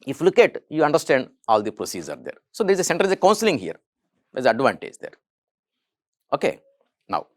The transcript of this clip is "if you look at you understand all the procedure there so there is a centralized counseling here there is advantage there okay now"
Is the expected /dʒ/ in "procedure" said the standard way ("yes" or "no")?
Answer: no